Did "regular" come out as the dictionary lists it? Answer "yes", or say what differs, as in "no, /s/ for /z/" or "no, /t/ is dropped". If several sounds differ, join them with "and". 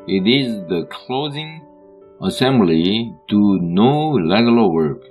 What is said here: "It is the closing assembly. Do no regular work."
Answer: no, /l/ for /ɹ/